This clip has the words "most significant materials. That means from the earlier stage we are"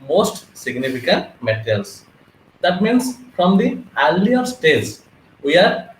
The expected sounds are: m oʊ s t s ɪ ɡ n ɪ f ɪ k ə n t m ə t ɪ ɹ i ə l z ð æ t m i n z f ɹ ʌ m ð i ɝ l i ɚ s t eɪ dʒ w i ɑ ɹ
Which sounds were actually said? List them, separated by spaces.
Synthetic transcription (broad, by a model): m oʊ s t s ɪ ɡ n ɪ f ɪ k ə n t m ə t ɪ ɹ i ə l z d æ t m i n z f ɹ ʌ m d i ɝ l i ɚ s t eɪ z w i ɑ ɹ